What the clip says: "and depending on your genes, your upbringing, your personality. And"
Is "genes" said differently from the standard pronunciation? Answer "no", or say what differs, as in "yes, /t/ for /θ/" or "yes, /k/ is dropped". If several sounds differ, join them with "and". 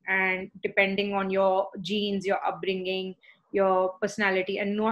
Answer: no